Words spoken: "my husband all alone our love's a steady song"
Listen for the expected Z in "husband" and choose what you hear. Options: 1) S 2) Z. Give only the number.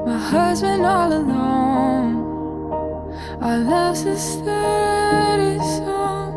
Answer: 2